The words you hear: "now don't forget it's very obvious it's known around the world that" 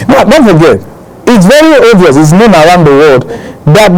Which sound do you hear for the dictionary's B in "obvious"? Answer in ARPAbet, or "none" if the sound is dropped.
none